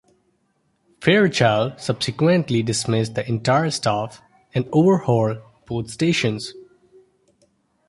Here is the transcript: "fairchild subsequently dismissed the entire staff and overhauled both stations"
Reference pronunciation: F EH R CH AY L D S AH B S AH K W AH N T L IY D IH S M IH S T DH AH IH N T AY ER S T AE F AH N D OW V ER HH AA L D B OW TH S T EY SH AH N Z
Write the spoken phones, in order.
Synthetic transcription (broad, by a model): F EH R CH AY L S AH B S AH K W AH N T L IY D IH S M IH S T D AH IH N T AY ER S T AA F AH N D OW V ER HH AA L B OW T S T EY SH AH N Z